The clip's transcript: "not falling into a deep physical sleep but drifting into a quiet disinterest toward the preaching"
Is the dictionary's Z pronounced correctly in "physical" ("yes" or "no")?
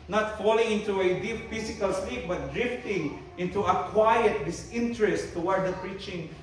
no